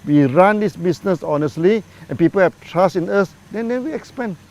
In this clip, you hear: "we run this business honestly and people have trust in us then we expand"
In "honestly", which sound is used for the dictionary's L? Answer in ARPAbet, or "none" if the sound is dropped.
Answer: L